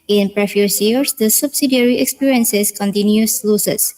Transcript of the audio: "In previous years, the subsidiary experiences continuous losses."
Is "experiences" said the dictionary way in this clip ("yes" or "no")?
no